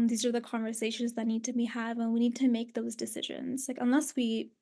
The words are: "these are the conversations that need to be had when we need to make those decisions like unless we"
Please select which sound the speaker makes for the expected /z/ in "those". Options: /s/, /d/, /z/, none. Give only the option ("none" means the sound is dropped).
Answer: /z/